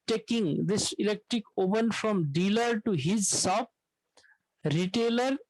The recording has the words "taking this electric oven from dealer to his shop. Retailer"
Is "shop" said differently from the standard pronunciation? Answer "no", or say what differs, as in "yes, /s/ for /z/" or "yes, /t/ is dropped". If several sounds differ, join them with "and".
yes, /s/ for /ʃ/